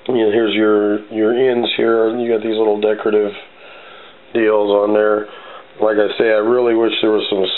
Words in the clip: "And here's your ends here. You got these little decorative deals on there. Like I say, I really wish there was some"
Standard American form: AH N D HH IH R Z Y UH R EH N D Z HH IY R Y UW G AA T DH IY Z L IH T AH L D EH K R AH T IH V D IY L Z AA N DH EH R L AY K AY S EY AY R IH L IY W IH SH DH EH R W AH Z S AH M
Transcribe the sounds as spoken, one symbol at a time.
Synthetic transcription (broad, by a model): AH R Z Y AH R Y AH R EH N D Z HH IY R Y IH G AA T DH IY Z L IH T L D EH K R AH T IH V D IY L Z N DH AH R L AY K AY S EY AY R IH L IY W IH SH DH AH R W AH Z S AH M